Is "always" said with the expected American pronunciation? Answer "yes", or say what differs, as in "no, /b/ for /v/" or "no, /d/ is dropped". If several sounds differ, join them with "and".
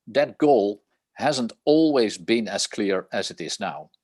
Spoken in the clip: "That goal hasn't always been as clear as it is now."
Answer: yes